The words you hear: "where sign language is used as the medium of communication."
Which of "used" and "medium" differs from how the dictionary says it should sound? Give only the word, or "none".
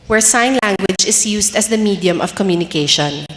used